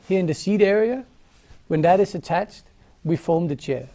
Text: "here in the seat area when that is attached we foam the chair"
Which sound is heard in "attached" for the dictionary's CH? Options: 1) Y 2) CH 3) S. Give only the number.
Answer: 2